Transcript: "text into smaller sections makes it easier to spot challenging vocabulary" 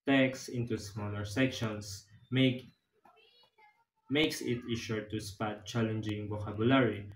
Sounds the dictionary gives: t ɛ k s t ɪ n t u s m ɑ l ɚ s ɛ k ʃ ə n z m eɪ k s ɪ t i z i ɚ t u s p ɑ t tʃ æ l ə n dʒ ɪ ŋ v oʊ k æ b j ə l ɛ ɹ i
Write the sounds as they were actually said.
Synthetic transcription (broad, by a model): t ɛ k s ɪ n t u s m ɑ l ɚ s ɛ k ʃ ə n s m eɪ k s ɪ t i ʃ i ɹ t u s p ɑ t tʃ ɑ l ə n dʒ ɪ ŋ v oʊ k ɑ b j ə l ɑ ɹ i